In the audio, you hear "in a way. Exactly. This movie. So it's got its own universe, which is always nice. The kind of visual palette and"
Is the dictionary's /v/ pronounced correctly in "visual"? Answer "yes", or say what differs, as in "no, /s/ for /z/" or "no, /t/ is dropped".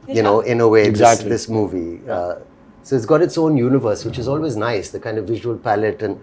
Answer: yes